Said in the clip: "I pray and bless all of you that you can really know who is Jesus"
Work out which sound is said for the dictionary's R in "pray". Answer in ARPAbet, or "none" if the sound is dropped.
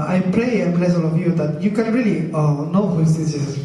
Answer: L